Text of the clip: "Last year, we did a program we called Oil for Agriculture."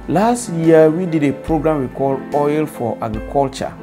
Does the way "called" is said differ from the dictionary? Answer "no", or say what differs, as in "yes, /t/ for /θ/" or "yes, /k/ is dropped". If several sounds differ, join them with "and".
yes, /d/ is dropped